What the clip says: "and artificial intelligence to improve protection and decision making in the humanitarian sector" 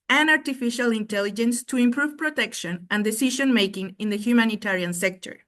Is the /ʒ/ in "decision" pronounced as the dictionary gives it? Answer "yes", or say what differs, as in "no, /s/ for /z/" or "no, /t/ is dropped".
no, /ʃ/ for /ʒ/